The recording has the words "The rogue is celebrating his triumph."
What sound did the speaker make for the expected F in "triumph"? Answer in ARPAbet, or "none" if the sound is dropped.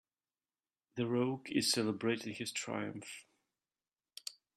F